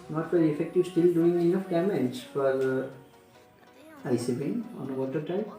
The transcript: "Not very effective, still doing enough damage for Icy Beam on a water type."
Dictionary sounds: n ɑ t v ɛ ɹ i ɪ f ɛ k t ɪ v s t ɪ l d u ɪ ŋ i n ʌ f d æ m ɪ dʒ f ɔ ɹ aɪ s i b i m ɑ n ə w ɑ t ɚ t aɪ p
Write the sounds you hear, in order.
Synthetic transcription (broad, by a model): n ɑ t f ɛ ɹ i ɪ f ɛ k t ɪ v s t ɪ l d u ɪ ŋ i n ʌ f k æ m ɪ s f ɔ ɹ aɪ s i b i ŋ ɑ n ə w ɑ t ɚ t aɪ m